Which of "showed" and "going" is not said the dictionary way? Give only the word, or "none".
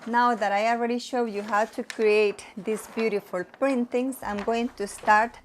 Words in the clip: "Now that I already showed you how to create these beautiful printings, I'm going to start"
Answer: none